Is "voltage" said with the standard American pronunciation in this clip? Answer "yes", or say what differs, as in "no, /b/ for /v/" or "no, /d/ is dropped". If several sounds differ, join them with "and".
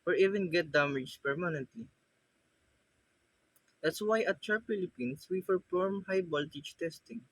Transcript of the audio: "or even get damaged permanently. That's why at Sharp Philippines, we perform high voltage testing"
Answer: no, /b/ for /v/